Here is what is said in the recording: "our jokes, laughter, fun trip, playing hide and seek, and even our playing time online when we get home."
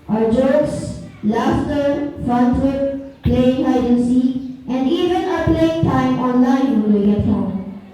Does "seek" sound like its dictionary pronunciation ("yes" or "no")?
no